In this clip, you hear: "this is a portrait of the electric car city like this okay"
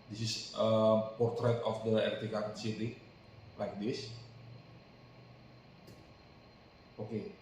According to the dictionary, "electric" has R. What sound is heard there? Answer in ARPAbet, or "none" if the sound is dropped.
none